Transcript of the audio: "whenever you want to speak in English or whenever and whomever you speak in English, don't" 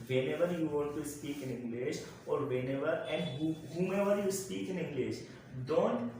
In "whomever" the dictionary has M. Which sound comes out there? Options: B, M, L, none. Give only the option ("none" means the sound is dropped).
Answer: M